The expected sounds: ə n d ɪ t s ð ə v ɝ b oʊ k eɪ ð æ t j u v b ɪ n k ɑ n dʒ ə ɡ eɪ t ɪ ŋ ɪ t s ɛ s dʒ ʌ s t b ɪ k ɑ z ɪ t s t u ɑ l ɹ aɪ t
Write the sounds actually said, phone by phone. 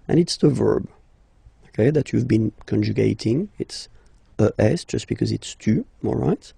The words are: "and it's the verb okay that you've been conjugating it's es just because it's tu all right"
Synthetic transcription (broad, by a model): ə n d ɪ t s ð ə v ɝ b oʊ k eɪ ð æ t j u v b ɪ n k ɑ n dʒ ə ɡ eɪ t ɪ ŋ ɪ t s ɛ s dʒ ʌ s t b ɪ k ɑ z ɪ t s t u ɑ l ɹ aɪ t